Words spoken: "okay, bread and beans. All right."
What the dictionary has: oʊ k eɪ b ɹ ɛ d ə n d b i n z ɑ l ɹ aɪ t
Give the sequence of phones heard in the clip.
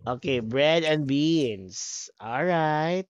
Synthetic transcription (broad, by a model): oʊ k eɪ b ɹ ɛ d ə n d b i n s ɑ l ɹ aɪ t